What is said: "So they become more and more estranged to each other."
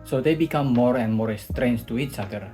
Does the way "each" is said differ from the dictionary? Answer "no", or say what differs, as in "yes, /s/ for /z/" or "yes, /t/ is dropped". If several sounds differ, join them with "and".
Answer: yes, /s/ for /tʃ/